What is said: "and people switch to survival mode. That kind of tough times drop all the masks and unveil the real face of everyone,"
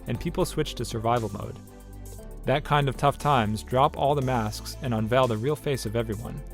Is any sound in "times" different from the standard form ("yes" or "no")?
no